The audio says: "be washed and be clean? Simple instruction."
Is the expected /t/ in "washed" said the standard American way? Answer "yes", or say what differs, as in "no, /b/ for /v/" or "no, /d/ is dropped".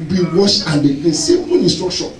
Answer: no, /t/ is dropped